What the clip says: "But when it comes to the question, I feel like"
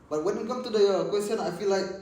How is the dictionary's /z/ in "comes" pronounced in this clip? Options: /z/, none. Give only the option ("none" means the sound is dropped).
none